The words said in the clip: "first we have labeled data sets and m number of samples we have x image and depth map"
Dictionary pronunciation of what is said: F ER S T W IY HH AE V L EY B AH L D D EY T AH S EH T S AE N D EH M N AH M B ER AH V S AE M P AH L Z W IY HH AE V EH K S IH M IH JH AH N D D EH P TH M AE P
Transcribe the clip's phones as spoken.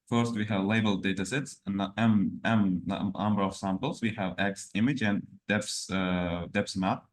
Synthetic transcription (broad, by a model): F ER S T W IY HH AE V L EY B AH L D D EY T AH S EH T S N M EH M N AH M B ER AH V S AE M P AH L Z W IY HH AE V EH K S IH M IH JH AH N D D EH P S M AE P